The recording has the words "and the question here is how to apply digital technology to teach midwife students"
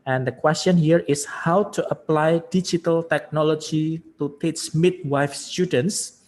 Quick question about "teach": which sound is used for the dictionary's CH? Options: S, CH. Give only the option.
S